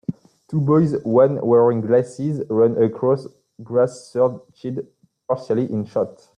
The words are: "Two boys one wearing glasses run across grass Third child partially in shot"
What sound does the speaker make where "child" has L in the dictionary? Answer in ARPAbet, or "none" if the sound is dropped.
none